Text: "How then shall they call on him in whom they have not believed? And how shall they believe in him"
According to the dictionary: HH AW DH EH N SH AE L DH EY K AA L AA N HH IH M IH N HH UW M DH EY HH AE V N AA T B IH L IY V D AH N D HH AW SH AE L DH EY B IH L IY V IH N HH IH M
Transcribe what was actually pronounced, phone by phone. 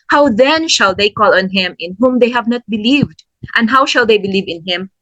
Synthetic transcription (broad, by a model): HH AW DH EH N SH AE L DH EY K AA L AA N HH IH M IH N HH UW M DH EY HH AE V N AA T B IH L IY V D AH N D HH AW SH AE L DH EY B IH L IY V IH N HH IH M